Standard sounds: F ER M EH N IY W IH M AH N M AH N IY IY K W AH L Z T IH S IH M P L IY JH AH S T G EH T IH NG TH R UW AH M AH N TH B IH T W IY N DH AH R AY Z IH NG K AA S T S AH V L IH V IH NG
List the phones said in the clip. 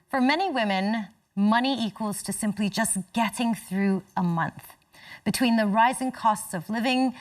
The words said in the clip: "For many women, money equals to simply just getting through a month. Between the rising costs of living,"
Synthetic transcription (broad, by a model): F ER M EH N IY W IH M AH N M AH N IY IY K W AH L Z T IH S IH M P L IY JH AH S G EH T IH NG TH R UW AH M AH N TH B IH T W IY N DH AH R AY Z IH NG K AA S T S AH V L IH V IH NG